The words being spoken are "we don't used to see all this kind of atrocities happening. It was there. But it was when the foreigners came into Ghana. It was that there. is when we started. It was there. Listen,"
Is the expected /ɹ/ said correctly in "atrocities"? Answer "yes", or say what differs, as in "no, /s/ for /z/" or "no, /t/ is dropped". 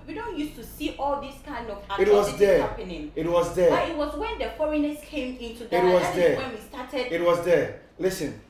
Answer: no, /w/ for /ɹ/